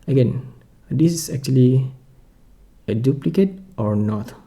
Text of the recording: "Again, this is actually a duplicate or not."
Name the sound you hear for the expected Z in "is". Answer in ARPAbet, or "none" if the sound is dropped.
S